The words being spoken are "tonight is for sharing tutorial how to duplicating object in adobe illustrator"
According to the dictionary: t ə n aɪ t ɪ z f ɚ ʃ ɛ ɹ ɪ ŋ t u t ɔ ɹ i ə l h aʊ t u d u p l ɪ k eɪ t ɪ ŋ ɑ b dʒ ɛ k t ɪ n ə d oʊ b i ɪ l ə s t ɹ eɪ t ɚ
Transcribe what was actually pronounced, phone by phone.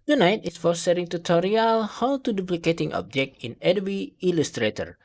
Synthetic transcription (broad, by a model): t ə n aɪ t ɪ s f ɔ s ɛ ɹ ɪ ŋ t u t ɔ ɹ i ə l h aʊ t u d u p l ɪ k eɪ t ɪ ŋ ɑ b dʒ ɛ k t ɪ n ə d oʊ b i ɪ l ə s t ɹ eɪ t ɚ